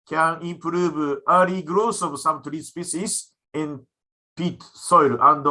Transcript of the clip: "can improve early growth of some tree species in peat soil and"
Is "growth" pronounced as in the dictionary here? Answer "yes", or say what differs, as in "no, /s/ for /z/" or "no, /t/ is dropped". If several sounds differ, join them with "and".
no, /s/ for /θ/